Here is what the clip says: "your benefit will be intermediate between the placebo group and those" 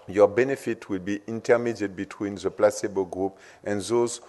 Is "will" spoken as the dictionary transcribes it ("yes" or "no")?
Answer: yes